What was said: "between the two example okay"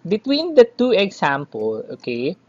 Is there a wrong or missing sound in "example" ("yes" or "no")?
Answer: yes